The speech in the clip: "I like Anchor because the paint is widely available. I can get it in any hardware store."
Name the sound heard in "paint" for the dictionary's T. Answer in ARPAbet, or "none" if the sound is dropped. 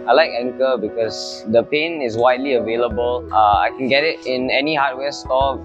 none